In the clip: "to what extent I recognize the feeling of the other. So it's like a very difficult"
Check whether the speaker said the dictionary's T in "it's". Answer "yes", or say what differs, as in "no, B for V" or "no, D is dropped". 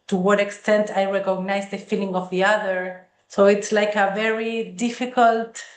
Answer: yes